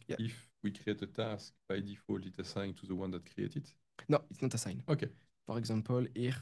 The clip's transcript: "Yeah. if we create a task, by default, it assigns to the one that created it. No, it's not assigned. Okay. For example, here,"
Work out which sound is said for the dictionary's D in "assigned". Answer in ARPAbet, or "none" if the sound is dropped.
none